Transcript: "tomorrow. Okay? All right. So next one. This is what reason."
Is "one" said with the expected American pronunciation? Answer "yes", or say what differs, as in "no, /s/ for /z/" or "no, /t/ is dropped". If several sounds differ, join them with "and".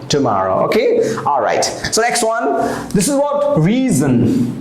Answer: yes